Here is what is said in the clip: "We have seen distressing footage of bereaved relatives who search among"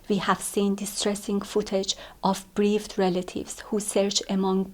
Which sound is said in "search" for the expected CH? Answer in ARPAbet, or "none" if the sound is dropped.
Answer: CH